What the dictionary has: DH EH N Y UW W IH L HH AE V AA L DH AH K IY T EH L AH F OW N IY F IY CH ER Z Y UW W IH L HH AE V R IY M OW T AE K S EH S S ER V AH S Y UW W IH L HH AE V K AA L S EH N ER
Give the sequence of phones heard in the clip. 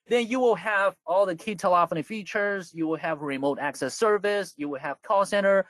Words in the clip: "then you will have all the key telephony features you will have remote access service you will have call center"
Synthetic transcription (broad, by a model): DH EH N Y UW W IH L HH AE V AA L DH AH K IY T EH L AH F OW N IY F IY CH ER Z Y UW W IH L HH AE V R IY M OW T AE K S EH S S ER V AH S Y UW W IH L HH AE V K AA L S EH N ER